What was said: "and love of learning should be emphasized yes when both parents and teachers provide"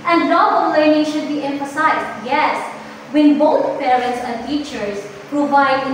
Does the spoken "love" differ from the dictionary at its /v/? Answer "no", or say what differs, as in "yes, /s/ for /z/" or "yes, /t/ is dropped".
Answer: yes, /b/ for /v/